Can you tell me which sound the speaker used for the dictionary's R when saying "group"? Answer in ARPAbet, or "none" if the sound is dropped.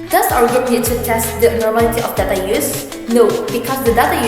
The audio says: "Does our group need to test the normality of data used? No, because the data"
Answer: none